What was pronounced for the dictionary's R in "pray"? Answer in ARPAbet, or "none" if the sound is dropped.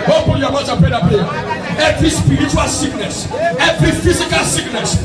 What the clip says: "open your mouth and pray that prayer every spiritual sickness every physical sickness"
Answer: none